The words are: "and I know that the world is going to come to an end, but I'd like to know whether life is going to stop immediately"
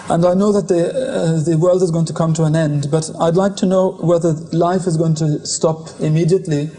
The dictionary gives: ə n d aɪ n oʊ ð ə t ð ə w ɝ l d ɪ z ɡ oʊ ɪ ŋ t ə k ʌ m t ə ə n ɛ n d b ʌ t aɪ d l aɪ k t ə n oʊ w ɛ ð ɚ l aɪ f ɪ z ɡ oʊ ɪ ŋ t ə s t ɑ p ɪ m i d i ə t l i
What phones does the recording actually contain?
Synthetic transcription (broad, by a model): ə n aɪ n oʊ ð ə t ð ə w ɝ l d ɪ z ɡ oʊ ɪ ŋ t ə k ʌ m t ə ə n ɛ n d b ʌ t aɪ d l aɪ k t ə n oʊ w ɛ ð ɚ l aɪ f ɪ z ɡ oʊ ɪ ŋ t ə s t ɑ p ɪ m i d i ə t l i